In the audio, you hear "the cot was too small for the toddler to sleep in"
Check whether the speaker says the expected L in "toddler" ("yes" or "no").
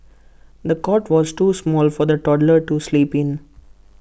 yes